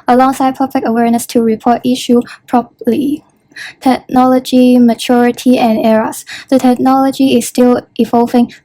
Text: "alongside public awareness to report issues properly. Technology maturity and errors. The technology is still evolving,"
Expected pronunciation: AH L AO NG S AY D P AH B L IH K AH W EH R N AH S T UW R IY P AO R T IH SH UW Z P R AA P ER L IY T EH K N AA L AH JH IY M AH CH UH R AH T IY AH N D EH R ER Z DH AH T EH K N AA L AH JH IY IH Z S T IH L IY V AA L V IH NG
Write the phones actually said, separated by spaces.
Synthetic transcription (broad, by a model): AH L AO NG S AY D P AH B L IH K AH W EH R N AH S T UW R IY P AO T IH SH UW P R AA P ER L IY T EH K N AA L AH JH IY M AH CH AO R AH T IY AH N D EH R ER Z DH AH T EH K N AA L AH JH IY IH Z S T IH L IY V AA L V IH NG